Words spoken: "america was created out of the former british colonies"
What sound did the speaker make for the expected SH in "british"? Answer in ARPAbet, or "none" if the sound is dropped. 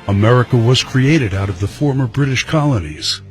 SH